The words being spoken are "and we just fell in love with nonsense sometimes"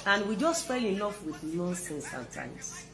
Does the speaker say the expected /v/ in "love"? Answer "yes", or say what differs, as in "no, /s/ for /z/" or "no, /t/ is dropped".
no, /f/ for /v/